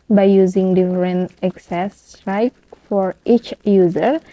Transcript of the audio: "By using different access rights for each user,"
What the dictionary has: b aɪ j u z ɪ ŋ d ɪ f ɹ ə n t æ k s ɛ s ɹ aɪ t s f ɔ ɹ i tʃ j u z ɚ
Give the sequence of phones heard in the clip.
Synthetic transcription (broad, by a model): b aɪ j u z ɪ ŋ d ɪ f ɹ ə n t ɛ k s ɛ s ɹ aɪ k f ɔ ɹ i tʃ j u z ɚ